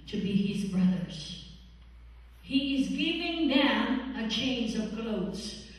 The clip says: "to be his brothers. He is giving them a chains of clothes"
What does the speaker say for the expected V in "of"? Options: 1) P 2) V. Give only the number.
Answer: 2